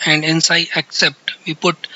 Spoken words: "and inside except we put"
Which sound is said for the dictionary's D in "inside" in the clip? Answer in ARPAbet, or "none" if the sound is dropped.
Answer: none